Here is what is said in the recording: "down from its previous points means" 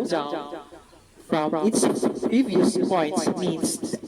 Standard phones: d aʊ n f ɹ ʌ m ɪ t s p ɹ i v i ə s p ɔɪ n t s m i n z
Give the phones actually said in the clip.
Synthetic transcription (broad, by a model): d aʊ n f ɹ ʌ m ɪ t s p ɹ i v i ə s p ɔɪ n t m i n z